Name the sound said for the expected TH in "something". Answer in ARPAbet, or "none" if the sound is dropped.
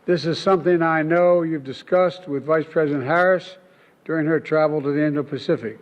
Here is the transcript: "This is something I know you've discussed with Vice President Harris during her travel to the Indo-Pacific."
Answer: TH